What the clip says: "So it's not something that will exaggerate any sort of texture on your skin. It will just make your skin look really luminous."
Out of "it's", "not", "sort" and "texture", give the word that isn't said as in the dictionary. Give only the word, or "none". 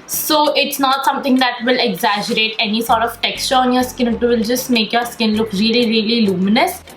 none